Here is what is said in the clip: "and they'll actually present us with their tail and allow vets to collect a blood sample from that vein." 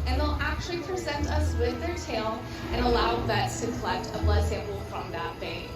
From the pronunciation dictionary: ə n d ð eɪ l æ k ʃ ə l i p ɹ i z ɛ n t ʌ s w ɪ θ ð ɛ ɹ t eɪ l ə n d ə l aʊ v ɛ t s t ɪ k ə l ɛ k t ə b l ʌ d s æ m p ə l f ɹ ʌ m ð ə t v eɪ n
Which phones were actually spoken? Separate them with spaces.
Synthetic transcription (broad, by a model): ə n ð eɪ l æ k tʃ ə l i p ɹ i z ɛ n t ʌ s w ɪ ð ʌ ɹ t eɪ l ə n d ə l aʊ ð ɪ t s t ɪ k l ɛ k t ə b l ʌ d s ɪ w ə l f ɹ ʌ m ð ə t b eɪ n